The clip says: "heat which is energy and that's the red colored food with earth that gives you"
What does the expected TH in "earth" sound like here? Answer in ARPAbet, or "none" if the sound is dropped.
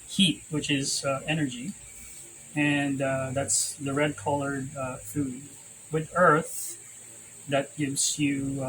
TH